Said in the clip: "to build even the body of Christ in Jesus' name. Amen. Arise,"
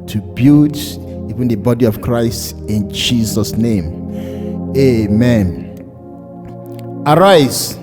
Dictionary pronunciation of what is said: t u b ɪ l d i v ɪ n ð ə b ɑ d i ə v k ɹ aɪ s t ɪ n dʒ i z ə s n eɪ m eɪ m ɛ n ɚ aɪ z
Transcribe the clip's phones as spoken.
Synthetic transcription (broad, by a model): t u b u d i v ɪ n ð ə b ɑ d i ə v k ɹ aɪ s t ɪ n dʒ i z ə s n eɪ m eɪ m ɛ n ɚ aɪ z